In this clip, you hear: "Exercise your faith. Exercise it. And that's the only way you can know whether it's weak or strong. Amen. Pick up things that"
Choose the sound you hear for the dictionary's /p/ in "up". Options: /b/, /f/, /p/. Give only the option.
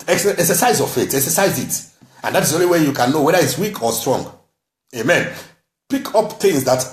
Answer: /p/